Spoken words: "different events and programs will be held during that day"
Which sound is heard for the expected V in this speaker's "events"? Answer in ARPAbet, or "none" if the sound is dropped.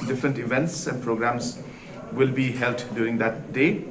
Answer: V